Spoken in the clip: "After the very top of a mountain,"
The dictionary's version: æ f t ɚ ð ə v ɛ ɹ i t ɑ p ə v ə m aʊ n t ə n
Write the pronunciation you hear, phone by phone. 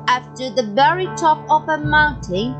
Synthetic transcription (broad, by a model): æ f t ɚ ð ə v ɛ ɹ i t ɑ p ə p ə m aʊ n t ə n